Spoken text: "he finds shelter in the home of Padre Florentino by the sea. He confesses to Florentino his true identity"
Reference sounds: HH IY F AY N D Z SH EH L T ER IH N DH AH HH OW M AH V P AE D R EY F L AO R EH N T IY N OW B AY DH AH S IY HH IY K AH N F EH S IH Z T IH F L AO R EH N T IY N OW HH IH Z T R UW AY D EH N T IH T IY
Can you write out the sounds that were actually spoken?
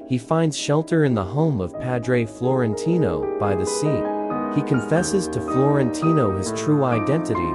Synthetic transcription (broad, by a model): HH IY F AY N D Z SH EH L T ER IH N DH AH HH OW M AH V P AE D R EY F L AO R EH N T IY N OW B AY DH AH S IY HH IY K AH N F EH S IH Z T IH F L AO R EH N T IY N OW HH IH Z T R UW AY D EH N T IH T IY